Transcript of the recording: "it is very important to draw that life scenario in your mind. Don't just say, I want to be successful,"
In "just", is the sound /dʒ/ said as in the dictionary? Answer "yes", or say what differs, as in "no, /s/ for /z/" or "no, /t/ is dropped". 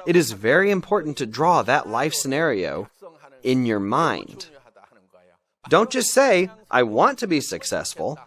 no, /tʃ/ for /dʒ/